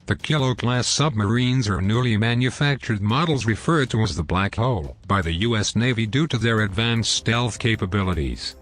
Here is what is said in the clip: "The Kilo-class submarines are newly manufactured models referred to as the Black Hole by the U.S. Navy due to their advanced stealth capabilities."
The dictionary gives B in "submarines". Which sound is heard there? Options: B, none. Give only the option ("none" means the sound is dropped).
B